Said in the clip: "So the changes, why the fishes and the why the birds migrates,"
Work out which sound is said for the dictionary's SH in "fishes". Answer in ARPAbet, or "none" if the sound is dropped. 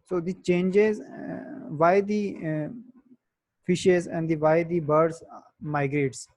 SH